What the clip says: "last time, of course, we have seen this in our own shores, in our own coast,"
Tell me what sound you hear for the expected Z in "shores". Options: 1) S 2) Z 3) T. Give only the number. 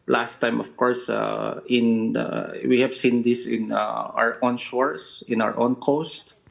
1